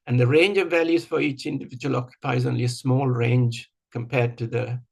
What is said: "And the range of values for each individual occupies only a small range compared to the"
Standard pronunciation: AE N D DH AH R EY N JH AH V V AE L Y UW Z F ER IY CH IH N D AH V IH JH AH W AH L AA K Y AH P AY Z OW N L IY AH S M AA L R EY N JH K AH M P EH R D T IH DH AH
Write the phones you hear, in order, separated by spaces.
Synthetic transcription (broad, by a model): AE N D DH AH R EY N JH AH V V AE L Y UW Z F ER IY CH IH N D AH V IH JH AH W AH L AA K Y AH P AY Z OW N L IY AH S M AA L R EY N JH K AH M P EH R D T IH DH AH